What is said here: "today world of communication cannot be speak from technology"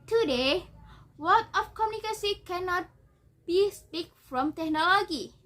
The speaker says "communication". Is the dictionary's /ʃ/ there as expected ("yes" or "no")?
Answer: no